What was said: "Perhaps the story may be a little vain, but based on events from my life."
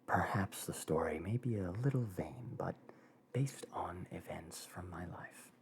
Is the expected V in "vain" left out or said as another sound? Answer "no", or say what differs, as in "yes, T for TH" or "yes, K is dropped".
no